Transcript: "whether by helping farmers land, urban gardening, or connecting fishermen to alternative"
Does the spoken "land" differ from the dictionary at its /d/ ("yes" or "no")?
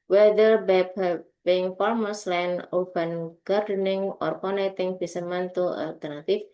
yes